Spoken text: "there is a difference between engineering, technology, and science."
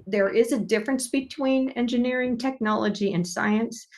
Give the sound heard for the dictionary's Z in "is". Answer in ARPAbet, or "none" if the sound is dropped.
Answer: Z